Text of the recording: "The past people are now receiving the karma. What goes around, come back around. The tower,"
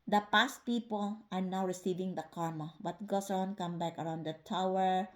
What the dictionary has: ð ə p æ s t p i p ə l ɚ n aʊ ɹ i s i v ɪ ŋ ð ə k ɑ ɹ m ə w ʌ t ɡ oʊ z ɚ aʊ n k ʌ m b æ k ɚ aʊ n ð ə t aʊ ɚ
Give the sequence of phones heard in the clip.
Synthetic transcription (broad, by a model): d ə p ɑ s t p i p ə l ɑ n aʊ ɹ i s i v ɪ ŋ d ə k ɑ ɹ m ə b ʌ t ɡ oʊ s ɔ n k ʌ m b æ k ɚ aʊ n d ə t aʊ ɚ